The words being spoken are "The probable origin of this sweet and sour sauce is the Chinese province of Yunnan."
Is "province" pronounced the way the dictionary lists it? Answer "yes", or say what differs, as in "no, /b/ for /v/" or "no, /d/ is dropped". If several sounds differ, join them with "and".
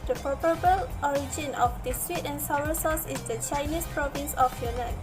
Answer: yes